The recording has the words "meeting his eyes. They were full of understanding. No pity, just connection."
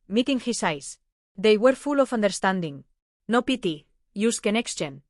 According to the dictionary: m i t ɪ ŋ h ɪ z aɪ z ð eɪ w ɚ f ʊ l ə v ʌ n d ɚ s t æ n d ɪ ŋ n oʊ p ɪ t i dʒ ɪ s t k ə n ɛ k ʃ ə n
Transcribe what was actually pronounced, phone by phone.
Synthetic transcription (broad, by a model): m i t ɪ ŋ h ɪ s aɪ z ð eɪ w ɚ f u l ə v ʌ n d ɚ s t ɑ n d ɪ ŋ n oʊ p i t i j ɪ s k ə n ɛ k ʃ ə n